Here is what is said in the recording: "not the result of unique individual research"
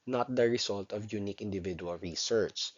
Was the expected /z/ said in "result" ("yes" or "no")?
no